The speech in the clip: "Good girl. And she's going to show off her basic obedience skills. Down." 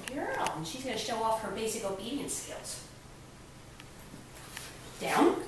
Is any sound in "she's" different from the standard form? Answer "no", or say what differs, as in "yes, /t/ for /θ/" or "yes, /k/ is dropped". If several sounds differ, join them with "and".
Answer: no